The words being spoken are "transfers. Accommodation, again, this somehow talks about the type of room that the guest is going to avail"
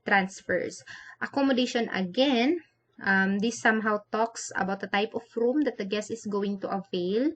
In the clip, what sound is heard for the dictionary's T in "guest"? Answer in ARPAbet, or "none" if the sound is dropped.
none